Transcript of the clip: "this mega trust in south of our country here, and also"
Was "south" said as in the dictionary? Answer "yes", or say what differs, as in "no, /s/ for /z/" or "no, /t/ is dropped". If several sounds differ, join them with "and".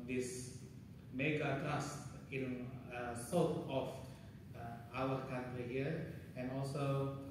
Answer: no, /t/ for /θ/